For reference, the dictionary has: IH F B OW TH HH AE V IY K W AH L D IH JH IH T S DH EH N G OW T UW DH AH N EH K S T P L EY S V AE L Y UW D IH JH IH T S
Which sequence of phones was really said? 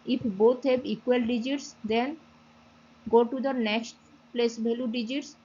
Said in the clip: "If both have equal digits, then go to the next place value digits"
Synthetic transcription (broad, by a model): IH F B OW T HH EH B IY K W AH L D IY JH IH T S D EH N G OW T UW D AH N EH K S T P L EY S B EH L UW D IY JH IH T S